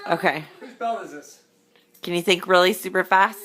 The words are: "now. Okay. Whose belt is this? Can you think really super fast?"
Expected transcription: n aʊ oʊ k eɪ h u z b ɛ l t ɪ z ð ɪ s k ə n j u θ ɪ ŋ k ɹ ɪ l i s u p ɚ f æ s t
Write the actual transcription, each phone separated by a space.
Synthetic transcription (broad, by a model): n oʊ k eɪ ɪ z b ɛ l ɪ z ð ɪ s k ə n j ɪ θ ɪ ŋ k ɹ ɪ l i s u p ɚ f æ s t